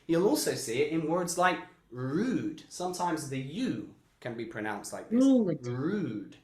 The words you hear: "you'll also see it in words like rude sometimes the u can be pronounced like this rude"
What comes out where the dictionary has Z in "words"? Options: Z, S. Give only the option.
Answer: Z